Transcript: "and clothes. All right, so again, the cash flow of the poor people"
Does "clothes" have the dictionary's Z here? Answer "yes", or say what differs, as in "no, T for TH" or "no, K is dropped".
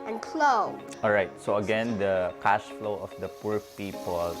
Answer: no, Z is dropped